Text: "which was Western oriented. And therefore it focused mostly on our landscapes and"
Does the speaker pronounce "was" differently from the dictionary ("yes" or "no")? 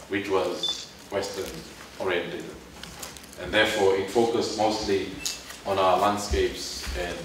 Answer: no